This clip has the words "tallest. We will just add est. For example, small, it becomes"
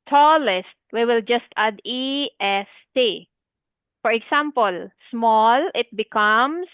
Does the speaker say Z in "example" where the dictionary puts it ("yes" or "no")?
no